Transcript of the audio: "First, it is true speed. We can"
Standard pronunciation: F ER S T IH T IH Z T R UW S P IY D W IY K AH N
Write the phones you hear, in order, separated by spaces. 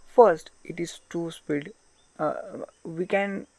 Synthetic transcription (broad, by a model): F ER S T IH T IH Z T UW S P IY D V IY K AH N